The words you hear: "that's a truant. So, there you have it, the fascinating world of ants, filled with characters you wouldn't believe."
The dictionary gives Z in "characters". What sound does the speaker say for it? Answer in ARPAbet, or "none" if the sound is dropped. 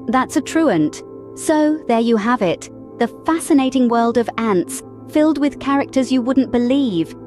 Z